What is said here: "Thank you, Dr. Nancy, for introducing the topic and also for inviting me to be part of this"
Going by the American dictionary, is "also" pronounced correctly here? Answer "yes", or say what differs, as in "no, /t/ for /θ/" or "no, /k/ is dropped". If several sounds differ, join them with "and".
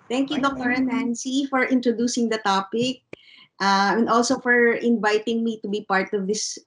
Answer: yes